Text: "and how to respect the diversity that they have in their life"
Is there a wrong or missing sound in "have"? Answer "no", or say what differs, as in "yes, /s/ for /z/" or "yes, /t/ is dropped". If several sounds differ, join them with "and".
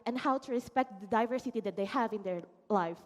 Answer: no